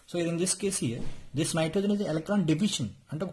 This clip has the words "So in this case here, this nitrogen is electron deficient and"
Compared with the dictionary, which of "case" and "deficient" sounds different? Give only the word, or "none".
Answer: deficient